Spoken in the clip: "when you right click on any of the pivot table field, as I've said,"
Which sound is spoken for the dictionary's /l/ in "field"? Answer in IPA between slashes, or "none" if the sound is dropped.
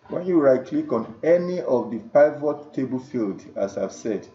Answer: /l/